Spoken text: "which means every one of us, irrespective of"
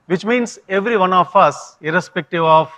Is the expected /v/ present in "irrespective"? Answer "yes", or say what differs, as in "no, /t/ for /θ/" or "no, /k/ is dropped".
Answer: yes